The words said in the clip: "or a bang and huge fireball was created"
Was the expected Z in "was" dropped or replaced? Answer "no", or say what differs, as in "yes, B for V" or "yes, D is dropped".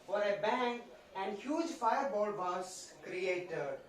yes, S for Z